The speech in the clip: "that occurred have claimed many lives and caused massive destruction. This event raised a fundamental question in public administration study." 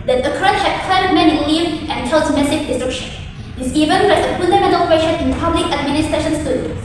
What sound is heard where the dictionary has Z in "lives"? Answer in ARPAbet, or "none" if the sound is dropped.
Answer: none